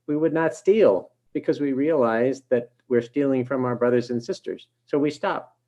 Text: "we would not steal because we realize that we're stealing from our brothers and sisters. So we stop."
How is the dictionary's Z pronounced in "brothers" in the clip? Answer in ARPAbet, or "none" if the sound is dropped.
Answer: Z